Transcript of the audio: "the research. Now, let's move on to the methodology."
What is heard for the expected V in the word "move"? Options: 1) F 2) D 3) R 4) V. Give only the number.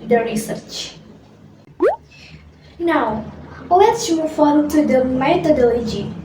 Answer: 1